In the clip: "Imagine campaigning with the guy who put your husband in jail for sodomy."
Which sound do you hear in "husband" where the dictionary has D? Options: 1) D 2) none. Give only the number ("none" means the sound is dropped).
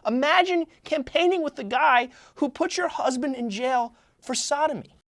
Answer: 1